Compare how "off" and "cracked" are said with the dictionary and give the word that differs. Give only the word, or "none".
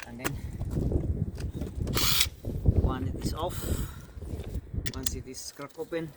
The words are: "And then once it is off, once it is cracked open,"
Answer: cracked